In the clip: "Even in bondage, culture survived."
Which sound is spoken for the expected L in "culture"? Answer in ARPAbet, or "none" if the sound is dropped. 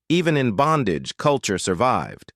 L